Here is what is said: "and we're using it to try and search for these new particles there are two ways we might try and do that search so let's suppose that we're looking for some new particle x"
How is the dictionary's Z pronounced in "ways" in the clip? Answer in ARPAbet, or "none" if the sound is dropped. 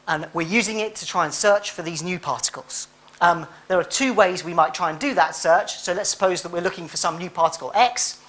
Z